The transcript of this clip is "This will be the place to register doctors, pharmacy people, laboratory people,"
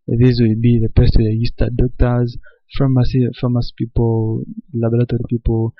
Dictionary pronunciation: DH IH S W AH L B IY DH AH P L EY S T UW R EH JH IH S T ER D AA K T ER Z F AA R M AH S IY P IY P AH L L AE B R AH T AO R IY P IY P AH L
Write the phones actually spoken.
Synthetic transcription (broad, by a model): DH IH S W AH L B IY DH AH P EY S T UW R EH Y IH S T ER D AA K T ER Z F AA M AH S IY P IY P AH L L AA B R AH T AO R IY P IY P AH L